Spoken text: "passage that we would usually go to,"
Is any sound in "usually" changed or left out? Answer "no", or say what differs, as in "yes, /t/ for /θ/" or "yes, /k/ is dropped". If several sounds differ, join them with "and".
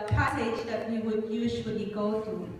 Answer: yes, /z/ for /ʒ/ and /w/ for /l/